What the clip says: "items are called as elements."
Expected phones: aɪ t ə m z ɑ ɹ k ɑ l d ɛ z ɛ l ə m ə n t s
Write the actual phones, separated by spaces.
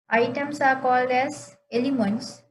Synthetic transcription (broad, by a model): aɪ t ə m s ɑ ɹ k ɑ l d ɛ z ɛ l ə m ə n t s